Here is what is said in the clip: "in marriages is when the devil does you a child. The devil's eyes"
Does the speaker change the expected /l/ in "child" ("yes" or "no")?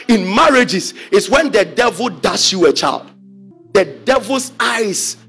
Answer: no